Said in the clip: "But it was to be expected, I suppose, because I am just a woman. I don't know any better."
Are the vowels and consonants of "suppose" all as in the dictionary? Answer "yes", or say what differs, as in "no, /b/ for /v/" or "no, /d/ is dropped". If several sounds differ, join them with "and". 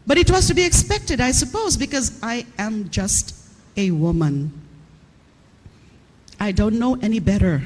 yes